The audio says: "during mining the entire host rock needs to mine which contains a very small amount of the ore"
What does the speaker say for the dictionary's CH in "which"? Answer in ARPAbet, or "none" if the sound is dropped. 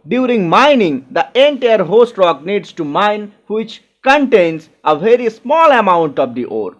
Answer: CH